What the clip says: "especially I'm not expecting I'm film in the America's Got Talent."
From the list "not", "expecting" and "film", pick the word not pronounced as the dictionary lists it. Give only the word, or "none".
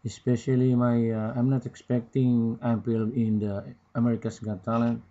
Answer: film